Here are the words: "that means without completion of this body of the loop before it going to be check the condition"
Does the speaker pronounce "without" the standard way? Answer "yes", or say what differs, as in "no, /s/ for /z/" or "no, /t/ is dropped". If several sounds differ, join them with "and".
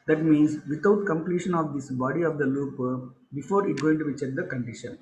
no, /t/ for /θ/